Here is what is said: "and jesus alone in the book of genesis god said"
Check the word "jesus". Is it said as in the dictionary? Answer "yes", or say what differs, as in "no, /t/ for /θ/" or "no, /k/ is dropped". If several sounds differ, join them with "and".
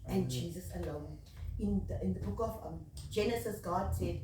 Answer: yes